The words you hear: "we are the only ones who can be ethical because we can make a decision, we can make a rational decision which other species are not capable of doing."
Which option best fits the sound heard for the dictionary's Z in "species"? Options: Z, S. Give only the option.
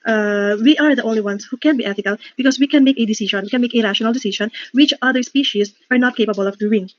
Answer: S